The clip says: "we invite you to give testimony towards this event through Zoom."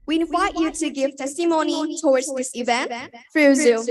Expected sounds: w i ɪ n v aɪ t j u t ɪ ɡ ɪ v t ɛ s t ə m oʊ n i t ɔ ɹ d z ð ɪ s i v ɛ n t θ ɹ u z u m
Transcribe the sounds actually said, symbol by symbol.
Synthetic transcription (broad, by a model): w i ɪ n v aɪ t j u t ɪ ɡ ɪ v t ɛ s t ə m oʊ n i t ɔ ɹ d z ð ɪ s i v ɛ n t f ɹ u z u